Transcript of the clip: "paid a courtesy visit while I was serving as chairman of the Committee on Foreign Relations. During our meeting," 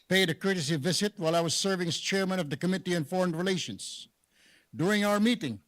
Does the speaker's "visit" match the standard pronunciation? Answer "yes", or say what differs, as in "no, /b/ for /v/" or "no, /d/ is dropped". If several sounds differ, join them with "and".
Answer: yes